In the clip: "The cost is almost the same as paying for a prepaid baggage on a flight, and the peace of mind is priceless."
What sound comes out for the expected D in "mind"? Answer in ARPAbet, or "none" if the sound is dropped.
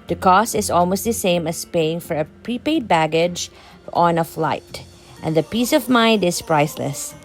D